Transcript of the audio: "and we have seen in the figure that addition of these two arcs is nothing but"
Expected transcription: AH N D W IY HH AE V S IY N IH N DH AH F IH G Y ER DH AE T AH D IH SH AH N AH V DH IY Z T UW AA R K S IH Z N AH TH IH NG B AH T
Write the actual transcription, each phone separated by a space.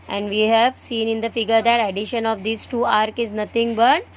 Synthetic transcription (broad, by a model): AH N D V IY HH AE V S IY N IH N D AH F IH G ER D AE T AH D IH SH AH N AH V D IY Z T UW AA R K IH Z N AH T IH NG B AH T